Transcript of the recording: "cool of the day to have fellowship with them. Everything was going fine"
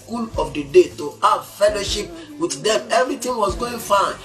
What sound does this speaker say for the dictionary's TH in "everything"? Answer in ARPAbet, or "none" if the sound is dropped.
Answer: T